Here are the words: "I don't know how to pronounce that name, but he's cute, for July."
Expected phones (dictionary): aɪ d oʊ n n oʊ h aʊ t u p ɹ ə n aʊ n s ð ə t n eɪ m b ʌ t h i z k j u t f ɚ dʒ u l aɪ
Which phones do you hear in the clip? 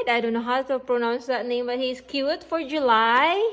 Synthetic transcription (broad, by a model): aɪ d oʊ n n oʊ h aʊ t u p ɹ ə n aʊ n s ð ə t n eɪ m b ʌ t h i s k j u t f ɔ dʒ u l aɪ